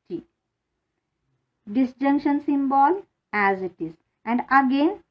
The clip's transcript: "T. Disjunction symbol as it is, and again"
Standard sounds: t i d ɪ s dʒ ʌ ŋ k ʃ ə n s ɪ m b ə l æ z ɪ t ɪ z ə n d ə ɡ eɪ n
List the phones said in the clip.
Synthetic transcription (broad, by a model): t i d ɪ s dʒ ʌ ŋ k ʃ ə n s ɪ m b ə l æ z ɪ t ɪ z ə n d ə ɡ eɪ n